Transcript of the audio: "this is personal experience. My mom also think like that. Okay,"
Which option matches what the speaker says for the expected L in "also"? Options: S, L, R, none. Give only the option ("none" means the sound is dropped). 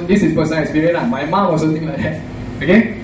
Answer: none